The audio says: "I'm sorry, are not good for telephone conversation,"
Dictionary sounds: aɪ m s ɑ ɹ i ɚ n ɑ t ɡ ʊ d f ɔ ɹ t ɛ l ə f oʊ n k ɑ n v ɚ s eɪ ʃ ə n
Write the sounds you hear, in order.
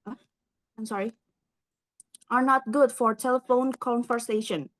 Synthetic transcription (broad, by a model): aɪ m s ɑ ɹ i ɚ n ɑ t ɡ ʊ d f ɔ ɹ t ɛ l ə f oʊ n k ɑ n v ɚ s eɪ ʃ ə n